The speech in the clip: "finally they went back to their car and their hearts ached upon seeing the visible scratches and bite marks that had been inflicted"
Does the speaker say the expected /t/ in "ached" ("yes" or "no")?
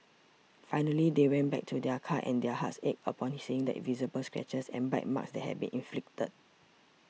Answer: no